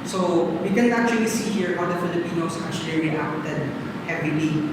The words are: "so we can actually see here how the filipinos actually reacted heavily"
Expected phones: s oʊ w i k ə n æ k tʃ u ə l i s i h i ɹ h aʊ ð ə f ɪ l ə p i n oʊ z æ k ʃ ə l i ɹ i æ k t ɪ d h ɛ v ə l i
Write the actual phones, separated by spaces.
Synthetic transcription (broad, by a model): s oʊ w i k ə n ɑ k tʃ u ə l i s i h i ɹ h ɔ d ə f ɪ l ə p i n oʊ s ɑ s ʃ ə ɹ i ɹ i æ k t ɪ d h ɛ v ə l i